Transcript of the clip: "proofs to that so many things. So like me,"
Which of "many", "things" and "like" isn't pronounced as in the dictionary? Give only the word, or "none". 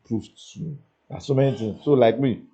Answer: things